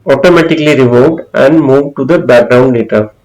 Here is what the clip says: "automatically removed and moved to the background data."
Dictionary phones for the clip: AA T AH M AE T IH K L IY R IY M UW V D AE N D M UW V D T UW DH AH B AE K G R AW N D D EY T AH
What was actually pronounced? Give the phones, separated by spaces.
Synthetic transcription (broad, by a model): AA T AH M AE T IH K L IY R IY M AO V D AE N D M UW V D T UW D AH B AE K G R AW N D D EY T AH